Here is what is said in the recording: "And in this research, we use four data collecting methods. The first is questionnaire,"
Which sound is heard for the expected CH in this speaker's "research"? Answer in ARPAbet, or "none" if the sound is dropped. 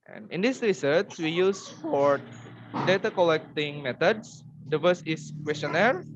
S